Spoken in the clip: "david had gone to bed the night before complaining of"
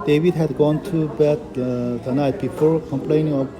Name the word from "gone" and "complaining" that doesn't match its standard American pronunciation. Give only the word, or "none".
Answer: none